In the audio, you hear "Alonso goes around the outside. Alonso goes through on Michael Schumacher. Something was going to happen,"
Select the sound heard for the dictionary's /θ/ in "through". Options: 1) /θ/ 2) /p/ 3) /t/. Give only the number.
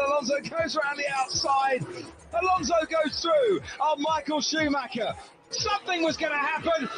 1